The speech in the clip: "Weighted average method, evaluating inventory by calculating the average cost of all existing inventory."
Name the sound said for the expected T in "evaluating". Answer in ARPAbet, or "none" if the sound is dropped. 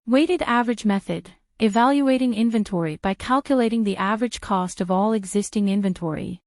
T